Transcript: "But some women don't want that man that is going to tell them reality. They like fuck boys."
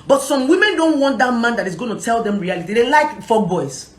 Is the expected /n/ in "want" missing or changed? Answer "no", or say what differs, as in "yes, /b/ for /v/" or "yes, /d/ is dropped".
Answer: no